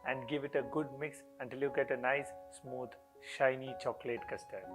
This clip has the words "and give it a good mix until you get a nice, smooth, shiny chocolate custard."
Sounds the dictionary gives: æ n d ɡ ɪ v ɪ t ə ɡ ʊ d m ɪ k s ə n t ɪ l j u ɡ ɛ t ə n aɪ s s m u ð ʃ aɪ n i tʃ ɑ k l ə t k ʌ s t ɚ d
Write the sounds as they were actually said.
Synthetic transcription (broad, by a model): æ n d ɡ ɪ v ɪ t ə ɡ ʊ d m ɪ k s ə n t ɪ l j u ɡ ɛ t ə n aɪ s s m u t ʃ aɪ n i tʃ ɑ k l ə t k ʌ s t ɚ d